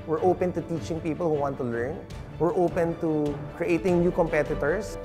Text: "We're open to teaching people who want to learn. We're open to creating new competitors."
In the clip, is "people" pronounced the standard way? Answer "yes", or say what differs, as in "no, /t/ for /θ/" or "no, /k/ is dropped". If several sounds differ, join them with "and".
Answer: yes